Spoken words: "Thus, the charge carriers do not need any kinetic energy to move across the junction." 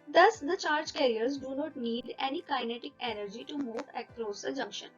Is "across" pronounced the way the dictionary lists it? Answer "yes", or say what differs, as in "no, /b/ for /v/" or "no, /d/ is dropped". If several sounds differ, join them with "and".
no, /l/ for /ɹ/